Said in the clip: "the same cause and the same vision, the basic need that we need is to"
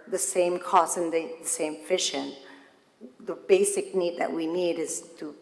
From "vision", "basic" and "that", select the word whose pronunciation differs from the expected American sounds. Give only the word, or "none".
vision